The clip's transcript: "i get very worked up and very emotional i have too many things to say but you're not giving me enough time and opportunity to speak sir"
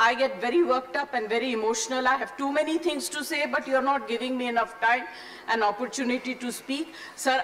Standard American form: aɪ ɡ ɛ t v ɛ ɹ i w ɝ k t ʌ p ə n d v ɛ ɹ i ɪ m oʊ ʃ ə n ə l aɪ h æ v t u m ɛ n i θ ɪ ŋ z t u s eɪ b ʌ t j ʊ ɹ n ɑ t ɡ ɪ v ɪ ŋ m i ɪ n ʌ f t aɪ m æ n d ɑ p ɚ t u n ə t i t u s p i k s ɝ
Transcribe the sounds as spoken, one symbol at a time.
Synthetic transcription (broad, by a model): aɪ ɡ ɛ t v ɛ ɹ i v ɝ k t ʌ p ə n d v ɛ ɹ i ɪ m oʊ ʃ ə n ə l aɪ h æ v t u m ɛ n i t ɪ ŋ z t u s eɪ b ʌ t j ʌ ɹ n ɑ t ɡ ɪ v ɪ ŋ m i ɪ n ʌ f t aɪ m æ n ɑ p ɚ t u n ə t i t u s p i k s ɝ